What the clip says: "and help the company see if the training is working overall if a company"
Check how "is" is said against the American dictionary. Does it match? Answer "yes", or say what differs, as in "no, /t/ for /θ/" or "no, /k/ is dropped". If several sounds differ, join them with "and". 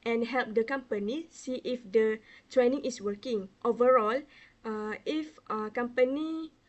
no, /s/ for /z/